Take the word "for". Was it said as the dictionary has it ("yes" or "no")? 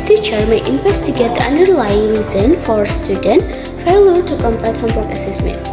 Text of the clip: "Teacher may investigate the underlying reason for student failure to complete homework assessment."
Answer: yes